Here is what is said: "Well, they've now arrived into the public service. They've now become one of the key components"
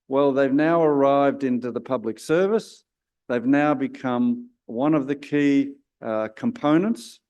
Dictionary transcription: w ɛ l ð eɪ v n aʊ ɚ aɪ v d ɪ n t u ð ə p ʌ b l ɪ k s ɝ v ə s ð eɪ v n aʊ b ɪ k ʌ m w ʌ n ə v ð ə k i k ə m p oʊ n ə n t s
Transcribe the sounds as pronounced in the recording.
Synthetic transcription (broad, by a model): w ɛ l ð eɪ v n aʊ ɚ aɪ v d ɪ n t u ð ə p ʌ b l ɪ k s ɝ v ə s ð eɪ v n aʊ b ɪ k ʌ m w ʌ n ə v ð ə k i k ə m p oʊ n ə n t s